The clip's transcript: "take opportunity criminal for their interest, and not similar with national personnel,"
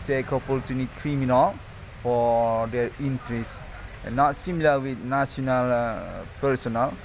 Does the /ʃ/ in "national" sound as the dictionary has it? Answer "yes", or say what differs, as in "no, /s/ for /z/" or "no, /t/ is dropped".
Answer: no, /s/ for /ʃ/